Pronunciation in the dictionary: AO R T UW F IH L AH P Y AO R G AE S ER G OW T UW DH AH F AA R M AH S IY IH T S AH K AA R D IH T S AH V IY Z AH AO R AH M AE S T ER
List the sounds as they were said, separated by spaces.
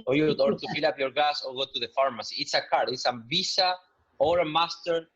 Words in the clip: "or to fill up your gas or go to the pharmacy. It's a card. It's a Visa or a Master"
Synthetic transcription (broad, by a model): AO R T UW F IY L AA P Y AO R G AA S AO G OW T UW DH AH F AA R M AH S IY T S AH K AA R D IH T S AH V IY S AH AO R AH M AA S T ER